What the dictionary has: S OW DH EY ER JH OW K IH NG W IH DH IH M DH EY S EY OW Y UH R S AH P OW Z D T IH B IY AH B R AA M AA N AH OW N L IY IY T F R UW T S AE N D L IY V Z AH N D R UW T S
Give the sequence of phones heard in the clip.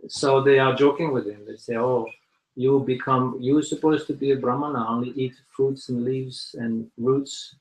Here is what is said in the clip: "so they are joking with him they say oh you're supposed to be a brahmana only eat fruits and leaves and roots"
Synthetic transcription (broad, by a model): S OW DH EY ER JH OW K IH NG W IH DH IH M DH EY S EY OW Y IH W S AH P OW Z T IH B IY AH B R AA M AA N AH OW N L IY IY T F R UW T S N L IY V Z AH N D R UW T S